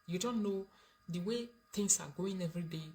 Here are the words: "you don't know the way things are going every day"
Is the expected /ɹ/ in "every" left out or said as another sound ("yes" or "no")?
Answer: yes